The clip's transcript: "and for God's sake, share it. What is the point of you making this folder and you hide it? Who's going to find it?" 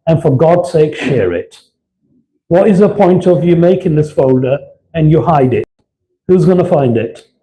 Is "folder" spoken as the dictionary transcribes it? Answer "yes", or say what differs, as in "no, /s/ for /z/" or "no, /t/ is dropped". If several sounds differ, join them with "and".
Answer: yes